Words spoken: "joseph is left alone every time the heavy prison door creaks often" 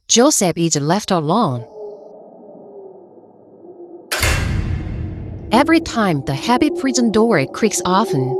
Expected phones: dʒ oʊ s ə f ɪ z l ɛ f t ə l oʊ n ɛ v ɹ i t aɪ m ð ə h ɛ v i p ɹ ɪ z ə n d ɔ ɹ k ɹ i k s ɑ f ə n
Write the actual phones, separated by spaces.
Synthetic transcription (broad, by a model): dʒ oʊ s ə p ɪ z l ɛ f t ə l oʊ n ɛ v ɹ i t aɪ m ð ə h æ p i p ɹ ɪ z ə n d ɔ ɹ k ɹ i k s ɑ f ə n